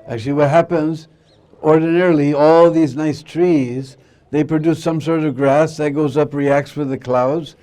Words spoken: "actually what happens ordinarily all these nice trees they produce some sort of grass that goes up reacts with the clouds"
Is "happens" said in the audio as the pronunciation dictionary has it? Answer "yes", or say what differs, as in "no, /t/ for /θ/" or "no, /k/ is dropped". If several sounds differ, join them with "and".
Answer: yes